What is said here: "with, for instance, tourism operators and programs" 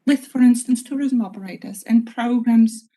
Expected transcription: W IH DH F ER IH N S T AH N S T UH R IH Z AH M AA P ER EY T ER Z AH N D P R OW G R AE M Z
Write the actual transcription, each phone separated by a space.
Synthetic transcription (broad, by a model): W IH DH F ER IH N S T AH N S T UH R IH Z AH M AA B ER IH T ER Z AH N P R OW G R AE M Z